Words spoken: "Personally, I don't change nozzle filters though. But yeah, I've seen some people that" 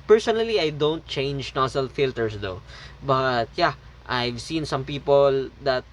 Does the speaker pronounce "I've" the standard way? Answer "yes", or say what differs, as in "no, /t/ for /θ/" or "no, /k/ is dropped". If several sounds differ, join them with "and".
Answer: yes